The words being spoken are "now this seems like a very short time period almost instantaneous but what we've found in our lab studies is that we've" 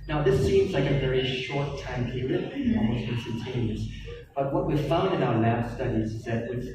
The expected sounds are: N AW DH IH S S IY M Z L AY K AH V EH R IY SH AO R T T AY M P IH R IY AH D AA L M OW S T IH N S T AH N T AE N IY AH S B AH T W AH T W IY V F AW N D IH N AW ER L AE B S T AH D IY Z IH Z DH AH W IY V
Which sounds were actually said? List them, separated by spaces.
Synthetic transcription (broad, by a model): N AW DH IH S S IY M Z L AY K AH V EH R IY SH AO R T T AY M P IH R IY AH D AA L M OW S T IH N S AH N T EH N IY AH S B AH T W AH T W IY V F AW N D IH N AW ER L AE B S T AH D IY Z IH Z DH AH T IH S